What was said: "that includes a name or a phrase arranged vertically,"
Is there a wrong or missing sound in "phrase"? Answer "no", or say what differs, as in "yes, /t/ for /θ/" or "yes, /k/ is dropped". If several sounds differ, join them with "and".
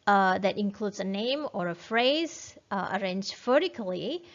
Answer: no